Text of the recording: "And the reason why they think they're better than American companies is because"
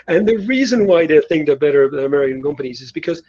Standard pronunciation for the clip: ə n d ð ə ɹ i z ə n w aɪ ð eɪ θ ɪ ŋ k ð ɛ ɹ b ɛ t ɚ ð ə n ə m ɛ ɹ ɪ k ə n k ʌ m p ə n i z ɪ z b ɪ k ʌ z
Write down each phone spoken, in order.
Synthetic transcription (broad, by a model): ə n ð ə ɹ i z ə n w aɪ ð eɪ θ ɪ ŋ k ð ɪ b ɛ t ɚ ə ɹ ə m ɛ ɹ ɪ k ə n k ʌ m p ə n i z ɪ z b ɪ k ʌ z